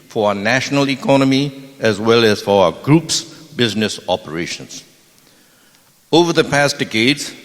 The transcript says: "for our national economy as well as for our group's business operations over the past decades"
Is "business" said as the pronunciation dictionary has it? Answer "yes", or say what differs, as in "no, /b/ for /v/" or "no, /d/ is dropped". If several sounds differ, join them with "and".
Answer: yes